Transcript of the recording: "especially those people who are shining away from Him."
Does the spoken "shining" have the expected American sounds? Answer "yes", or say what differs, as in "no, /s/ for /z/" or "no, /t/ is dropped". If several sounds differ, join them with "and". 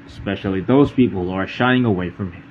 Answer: no, /n/ is dropped